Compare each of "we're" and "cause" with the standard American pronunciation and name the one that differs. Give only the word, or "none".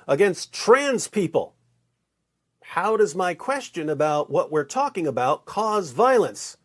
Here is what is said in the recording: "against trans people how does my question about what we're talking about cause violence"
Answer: none